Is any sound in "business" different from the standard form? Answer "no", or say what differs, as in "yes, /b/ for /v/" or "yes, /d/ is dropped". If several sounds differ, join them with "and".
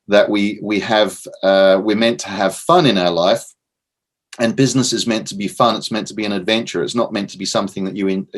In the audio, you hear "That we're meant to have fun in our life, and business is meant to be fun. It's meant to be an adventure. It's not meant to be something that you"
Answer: no